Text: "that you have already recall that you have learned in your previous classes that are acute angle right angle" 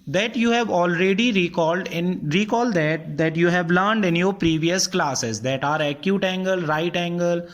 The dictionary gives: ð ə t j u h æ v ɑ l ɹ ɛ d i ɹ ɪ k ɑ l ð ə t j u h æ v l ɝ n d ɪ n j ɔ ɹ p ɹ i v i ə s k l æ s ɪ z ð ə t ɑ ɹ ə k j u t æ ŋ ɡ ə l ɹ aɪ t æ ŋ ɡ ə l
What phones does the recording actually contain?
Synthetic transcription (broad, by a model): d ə t j u h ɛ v ɑ l ɹ ɛ d i ɹ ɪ k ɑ l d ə t j u h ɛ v l ɝ n d ɪ n j ɔ ɹ p ɹ i v i ə s k l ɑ s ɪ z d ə t ɑ ɹ ə k j u t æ ŋ ɡ ə l ɹ aɪ t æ ŋ ɡ ə l